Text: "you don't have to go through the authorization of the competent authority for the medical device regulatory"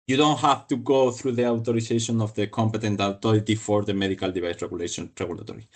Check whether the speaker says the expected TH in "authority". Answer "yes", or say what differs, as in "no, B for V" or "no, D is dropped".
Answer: no, T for TH